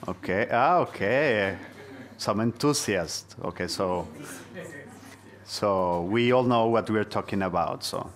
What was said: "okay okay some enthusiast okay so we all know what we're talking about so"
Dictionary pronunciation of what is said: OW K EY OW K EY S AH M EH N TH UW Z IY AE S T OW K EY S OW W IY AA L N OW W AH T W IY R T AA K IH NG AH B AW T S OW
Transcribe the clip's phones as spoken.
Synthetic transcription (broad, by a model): OW K EY OW K EY S AH M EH N T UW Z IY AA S T OW K EY S OW W IY AA L N OW W AH T W IY R T AA K IH NG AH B AW T S OW